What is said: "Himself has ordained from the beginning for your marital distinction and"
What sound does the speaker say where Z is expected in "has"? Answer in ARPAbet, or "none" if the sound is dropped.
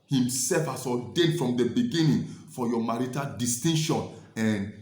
S